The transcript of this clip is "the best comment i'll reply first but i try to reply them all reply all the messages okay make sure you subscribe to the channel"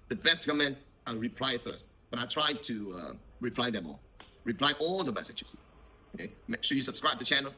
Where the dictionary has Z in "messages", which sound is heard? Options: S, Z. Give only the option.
S